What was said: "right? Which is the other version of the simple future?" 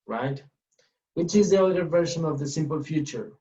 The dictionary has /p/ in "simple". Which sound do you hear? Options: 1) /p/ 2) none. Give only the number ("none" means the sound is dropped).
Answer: 1